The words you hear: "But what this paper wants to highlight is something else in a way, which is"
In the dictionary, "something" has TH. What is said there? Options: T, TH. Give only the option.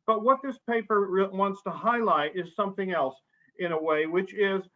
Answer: TH